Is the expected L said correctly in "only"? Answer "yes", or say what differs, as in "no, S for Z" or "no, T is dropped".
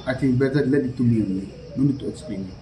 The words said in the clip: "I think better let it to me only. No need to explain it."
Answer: no, L is dropped